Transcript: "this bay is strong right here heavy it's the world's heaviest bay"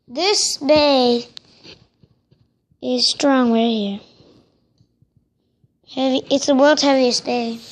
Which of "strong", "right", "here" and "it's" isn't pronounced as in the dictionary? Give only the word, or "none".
right